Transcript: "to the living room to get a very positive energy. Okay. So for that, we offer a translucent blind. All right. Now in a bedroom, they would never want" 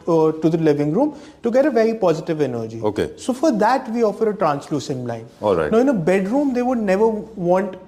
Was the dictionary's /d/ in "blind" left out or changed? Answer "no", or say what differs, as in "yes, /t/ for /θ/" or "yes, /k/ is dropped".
yes, /d/ is dropped